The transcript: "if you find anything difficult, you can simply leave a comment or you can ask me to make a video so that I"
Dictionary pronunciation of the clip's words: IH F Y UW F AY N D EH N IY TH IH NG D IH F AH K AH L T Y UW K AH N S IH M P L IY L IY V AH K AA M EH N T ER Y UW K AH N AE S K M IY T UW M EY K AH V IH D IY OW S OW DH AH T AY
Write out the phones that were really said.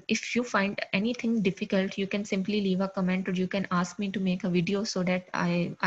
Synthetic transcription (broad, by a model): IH F Y UW F AY N D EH N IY T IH NG D IH F AH K AH L T Y UW K AH N S IH M P L IY L IY V AH K AA M EH N T ER Y UW K AH N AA S K M IY T UW M EY K AH V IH D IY OW S OW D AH T AY